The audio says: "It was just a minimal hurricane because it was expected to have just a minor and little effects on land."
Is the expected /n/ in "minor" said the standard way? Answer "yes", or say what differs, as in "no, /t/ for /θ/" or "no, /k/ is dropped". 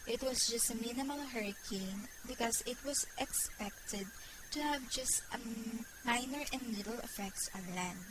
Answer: yes